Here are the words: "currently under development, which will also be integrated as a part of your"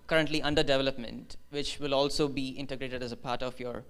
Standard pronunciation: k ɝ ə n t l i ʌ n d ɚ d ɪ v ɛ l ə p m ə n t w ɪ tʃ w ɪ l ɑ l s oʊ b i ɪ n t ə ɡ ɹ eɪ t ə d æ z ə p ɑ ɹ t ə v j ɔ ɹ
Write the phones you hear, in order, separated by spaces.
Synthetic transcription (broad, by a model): k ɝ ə n t l i ʌ n d ɚ d ɪ v ɛ l ə p m ə n t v ɪ tʃ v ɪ l ɑ l s oʊ b i ɪ n t ə ɡ ɹ eɪ t ə d æ z ə p ɑ ɹ t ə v j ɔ ɹ